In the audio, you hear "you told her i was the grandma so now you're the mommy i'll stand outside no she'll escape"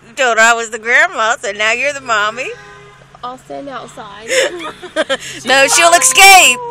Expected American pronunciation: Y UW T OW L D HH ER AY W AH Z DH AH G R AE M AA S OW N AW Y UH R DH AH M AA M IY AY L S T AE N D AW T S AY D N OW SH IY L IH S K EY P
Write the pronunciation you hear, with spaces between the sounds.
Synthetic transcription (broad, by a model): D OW D AY W AH Z DH AH G R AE M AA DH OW N AW Y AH R DH AH M AA M IY AY L S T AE N D AW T S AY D N OW SH IY L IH S K EY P